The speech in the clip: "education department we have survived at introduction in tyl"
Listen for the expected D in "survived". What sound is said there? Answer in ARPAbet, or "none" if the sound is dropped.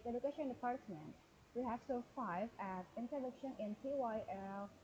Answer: none